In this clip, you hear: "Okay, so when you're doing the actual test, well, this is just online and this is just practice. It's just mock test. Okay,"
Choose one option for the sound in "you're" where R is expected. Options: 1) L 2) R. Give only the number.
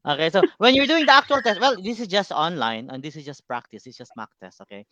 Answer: 2